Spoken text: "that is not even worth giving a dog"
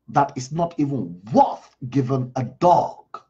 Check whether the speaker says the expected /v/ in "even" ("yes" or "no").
yes